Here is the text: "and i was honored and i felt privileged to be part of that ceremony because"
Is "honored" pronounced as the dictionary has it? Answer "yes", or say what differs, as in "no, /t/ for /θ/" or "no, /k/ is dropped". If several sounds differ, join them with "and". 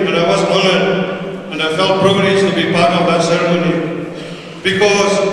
no, /l/ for /n/